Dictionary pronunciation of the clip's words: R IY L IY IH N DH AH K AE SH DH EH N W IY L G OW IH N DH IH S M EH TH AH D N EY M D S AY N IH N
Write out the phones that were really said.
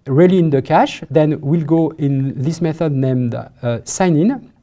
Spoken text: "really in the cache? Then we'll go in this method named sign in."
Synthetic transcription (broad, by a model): R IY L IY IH N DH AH K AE SH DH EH N W IY L G OW IH N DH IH S M EH TH AH D N EY M D S AY N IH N